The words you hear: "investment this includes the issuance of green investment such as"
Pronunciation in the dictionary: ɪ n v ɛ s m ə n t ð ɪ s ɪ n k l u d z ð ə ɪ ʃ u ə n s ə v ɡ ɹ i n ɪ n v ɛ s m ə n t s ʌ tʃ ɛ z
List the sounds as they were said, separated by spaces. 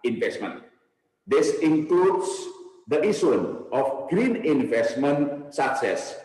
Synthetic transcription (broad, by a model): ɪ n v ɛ s m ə n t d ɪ s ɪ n k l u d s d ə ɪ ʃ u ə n ə f ɡ ɹ i n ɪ n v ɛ s m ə n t s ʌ s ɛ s